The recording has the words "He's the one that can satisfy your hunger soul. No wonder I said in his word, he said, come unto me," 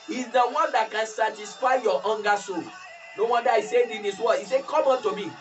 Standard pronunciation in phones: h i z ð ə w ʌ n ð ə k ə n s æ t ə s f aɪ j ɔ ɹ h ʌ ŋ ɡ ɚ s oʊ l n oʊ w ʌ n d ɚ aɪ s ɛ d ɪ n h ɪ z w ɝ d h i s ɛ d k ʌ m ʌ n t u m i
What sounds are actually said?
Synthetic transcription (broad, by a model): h i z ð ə w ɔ n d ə k ə n s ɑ t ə s f aɪ j ɔ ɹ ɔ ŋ ɡ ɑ s oʊ l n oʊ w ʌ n d aɪ s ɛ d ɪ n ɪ s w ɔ h i s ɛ k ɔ m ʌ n t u m i